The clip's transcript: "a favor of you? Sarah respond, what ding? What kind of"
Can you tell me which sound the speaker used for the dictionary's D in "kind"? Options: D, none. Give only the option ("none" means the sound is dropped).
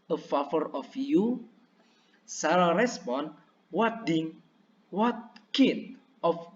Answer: none